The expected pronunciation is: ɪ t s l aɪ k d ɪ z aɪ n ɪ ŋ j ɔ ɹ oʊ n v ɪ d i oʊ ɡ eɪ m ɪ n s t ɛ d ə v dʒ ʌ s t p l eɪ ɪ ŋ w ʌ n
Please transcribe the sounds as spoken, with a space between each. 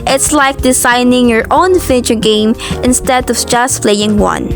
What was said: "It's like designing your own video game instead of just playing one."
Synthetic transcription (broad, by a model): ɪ t s l aɪ k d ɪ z aɪ n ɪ ŋ j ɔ ɹ oʊ n f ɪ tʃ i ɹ ɡ eɪ m ɪ n s t ɛ d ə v dʒ ʌ s t p l eɪ ɪ ŋ w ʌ n